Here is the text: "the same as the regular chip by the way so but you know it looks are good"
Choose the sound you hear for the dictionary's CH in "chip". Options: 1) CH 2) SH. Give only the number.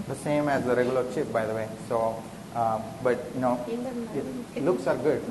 2